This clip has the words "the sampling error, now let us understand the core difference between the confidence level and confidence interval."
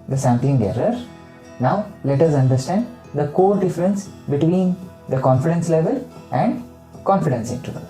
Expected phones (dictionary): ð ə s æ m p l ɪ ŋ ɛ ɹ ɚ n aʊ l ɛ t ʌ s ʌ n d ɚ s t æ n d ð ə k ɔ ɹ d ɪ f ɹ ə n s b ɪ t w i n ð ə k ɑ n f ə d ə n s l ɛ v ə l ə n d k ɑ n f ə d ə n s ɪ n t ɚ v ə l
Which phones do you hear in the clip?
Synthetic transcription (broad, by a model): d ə s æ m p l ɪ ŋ ɛ ɹ ɚ n aʊ l ɛ t ʌ s ʌ n d ɚ s t æ n d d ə k ɔ ɹ d ɪ f ɹ ə n s b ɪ t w i n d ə k ɑ n f ə d ə n s l ɛ v ə l ə n d k ɑ n f ə d ə n s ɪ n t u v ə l